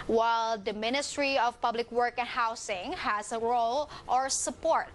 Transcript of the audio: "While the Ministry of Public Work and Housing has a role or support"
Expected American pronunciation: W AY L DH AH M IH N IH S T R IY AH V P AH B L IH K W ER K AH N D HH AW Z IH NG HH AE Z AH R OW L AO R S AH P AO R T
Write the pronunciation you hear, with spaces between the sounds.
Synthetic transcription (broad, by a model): W AY L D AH M IH N IH S T R IY AH V P AH B L IH K W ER K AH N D HH AW S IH NG HH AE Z AH R OW L AO R S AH P AO R T